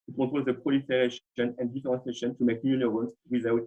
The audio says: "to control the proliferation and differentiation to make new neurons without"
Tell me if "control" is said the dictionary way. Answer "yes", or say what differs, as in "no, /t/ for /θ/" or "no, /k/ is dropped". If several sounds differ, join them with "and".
no, /n/ is dropped